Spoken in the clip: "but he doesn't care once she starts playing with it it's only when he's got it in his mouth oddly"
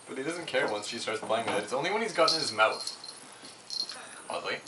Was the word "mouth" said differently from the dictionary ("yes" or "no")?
yes